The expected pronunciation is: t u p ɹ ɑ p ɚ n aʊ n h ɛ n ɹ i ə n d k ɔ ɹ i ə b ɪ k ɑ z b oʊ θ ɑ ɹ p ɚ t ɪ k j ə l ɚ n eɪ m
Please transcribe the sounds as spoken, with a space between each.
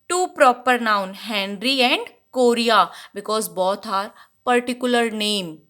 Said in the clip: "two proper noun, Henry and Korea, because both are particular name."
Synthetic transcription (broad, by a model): t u p ɹ ɑ p ɚ n aʊ n h ɛ n ɹ i ə n d k ɔ ɹ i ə b ɪ k ɑ z b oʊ t ɑ ɹ p ɚ t ɪ k j ə l ɚ n eɪ m